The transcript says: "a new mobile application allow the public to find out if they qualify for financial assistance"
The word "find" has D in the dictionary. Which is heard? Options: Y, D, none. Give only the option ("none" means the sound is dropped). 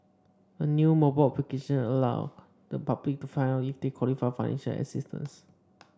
none